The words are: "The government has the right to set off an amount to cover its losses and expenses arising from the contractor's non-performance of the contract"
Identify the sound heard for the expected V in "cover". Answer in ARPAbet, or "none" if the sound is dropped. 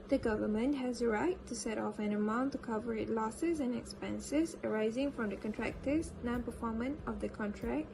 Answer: V